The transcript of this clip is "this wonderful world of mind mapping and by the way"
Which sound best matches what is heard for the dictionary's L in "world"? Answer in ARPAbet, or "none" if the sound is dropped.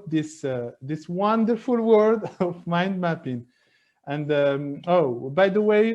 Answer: none